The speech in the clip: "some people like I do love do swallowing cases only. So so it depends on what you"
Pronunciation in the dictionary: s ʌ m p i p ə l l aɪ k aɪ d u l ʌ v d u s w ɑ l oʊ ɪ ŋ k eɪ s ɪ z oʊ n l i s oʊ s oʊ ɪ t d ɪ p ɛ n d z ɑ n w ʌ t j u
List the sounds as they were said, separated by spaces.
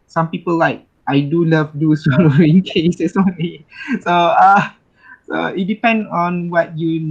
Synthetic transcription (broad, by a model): s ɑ m p i p ə l l aɪ k aɪ d u l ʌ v d u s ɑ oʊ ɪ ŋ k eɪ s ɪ s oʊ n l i s oʊ s oʊ ɪ t d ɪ p ɛ n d ɑ n w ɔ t j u